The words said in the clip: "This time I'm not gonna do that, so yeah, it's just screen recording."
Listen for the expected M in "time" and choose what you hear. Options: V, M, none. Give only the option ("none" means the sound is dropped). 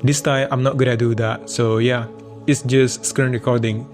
none